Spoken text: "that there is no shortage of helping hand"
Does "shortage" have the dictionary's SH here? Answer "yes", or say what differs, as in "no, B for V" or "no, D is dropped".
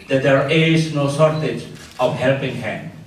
no, S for SH